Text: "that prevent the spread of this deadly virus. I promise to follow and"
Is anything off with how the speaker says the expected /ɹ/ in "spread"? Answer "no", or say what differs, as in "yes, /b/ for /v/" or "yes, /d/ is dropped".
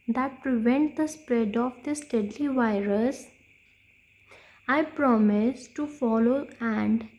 no